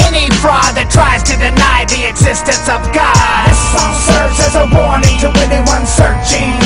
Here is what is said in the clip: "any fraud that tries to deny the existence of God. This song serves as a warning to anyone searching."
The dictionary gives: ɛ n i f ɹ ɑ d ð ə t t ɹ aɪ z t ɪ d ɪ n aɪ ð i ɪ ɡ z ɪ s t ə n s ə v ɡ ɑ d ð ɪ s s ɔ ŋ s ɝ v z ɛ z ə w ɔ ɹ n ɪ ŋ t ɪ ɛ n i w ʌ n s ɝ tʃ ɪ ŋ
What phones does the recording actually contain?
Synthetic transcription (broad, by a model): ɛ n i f ɹ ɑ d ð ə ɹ t ɹ aɪ z t ɪ d ɪ n aɪ ð i ɪ ɡ z ɪ s t ə n s ə v ɡ ɑ d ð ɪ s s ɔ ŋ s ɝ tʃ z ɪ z ə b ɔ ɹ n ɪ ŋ t ɪ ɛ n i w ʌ n s ɝ tʃ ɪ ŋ